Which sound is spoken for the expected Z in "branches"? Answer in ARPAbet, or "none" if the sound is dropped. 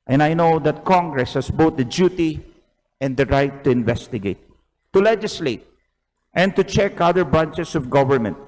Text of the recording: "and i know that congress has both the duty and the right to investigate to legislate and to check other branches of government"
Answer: S